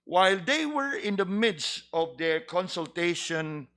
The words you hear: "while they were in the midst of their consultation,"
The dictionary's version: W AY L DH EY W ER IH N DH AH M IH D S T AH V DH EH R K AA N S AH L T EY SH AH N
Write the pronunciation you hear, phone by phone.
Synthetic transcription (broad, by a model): W AY L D EY W ER IH N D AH M IH D S T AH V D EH R K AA N S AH L T EY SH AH N